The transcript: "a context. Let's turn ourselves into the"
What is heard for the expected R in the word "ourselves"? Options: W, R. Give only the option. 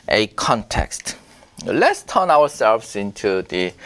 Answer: W